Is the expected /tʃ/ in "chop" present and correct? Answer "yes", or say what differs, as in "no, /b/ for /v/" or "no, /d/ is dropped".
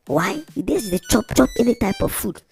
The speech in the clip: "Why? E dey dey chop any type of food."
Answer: yes